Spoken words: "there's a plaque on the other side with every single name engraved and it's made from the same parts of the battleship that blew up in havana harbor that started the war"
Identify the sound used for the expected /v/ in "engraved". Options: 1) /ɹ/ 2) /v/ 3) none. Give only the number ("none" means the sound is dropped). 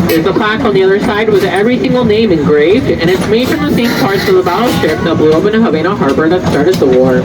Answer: 2